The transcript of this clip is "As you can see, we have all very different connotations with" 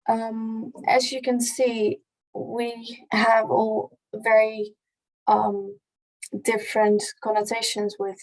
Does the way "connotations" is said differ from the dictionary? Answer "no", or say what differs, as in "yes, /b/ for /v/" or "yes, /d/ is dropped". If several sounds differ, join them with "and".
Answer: no